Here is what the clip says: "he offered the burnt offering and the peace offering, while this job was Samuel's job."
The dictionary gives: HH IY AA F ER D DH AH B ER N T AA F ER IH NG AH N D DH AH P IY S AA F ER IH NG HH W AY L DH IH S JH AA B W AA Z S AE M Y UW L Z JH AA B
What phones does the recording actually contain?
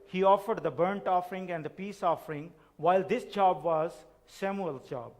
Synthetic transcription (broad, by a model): HH IY AA F ER D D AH B ER N T AA F ER IH NG AH N D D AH P IY S AA F ER IH NG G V AY L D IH S JH AA B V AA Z S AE M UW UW L JH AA B